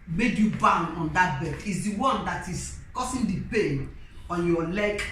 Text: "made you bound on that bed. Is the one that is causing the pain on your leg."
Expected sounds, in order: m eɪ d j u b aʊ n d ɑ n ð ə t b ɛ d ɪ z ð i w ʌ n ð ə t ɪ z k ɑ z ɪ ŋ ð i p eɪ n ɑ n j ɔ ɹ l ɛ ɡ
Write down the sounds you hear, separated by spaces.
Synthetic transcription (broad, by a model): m eɪ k j u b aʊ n ɑ n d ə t b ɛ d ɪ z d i w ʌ n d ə t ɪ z k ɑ s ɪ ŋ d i p eɪ n ɑ n j ɔ l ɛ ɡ